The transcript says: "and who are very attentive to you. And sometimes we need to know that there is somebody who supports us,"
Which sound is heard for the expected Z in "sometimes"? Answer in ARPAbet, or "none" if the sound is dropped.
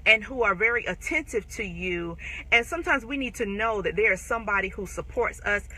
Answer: Z